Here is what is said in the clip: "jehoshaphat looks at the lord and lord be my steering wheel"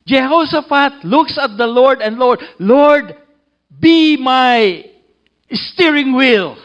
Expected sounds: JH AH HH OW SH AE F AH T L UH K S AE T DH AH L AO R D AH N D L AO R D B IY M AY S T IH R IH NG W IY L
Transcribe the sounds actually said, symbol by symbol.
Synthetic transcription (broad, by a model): JH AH HH OW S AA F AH T L UH K S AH T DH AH L AO R D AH N D L AO R D B IY M AY S T IH R IH NG W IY L